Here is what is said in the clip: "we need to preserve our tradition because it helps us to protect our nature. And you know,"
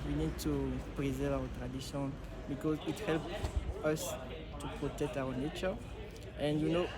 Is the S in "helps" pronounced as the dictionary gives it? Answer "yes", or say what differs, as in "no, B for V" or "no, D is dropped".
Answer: no, S is dropped